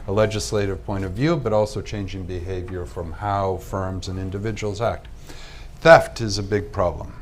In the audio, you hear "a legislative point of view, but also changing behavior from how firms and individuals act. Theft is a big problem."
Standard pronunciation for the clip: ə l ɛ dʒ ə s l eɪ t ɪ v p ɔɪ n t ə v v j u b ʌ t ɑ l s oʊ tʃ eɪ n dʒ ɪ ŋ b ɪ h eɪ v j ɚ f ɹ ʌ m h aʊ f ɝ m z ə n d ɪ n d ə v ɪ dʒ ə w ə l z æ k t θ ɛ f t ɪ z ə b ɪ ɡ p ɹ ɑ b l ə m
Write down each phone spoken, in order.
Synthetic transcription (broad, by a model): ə l ɛ dʒ ə s l eɪ t ɪ v p ɔɪ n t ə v v j u b ʌ t ɑ l s oʊ tʃ eɪ n dʒ ɪ ŋ b ɪ h eɪ v j ɚ f ɹ ʌ m h aʊ f ɝ m z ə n ɪ n d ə v ɪ dʒ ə w l z æ k t θ ɛ f t ɪ z ə b ɪ ɡ p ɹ ɑ b l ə m